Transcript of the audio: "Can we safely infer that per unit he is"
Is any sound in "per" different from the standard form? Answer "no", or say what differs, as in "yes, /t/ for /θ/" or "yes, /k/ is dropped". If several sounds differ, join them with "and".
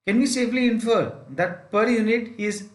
no